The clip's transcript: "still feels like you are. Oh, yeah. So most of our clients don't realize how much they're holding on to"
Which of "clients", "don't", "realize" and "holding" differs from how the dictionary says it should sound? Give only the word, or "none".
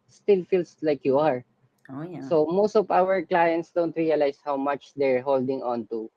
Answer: realize